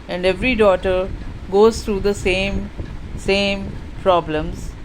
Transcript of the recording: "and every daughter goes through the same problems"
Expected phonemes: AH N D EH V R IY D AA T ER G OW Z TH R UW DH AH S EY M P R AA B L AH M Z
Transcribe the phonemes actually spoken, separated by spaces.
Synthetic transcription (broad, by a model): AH N D EH V R IY D AA T ER G OW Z T R UW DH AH S EY M P R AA B L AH M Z